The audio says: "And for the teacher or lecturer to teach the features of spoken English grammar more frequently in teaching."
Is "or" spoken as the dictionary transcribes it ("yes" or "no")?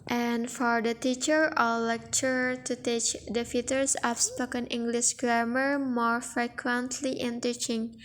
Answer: no